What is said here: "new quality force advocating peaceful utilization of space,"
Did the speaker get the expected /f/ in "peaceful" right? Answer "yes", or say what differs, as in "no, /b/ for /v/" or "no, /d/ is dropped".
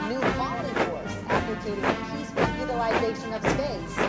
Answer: no, /p/ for /f/